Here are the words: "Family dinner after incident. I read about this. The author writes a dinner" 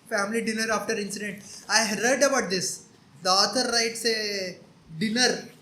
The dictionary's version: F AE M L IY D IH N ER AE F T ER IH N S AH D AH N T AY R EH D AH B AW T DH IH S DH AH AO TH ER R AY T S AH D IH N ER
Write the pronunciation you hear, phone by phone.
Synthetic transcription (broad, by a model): F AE M L IY D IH N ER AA F T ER IH N S AH D AH N T AY R EH D AH B AW T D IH S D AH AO T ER R AY T S AH D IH N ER